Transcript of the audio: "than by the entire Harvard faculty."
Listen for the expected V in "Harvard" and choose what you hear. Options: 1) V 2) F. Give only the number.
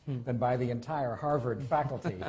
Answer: 1